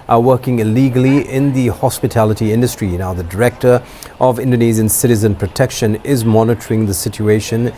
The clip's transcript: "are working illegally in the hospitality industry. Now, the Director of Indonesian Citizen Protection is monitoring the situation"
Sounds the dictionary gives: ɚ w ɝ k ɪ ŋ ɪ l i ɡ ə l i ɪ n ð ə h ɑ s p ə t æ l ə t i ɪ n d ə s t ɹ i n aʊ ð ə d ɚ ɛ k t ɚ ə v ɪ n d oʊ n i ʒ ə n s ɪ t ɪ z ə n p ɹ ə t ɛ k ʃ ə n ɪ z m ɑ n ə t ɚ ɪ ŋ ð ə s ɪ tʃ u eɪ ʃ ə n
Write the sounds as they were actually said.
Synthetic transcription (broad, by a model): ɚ w ɝ k ɪ ŋ ɪ l i ɡ ə l i ɪ n ð ə h ɑ s p ə t æ l ə t i ɪ n d ə s t ɹ i n aʊ ð ə d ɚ ɛ k t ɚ ə v ɪ n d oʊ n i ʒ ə n s ɪ t ɪ z ə n p ɹ ə t ɛ k ʃ ə n ɪ z m ɑ n ə t ɚ ɪ ŋ ð ə s ɪ tʃ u eɪ ʃ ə n